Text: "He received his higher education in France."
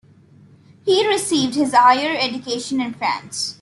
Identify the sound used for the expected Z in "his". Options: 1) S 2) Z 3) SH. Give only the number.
2